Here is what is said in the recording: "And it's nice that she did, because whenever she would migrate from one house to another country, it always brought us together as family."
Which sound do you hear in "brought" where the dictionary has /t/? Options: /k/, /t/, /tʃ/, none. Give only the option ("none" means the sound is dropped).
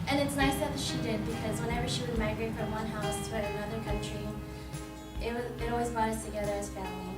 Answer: none